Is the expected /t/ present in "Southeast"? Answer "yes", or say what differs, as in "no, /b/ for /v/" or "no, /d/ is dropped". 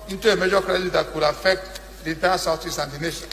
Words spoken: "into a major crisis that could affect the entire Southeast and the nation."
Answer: no, /t/ is dropped